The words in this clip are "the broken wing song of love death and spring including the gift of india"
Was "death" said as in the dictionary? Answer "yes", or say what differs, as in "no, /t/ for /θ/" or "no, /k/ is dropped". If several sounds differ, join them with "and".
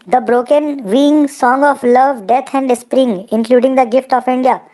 no, /t/ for /θ/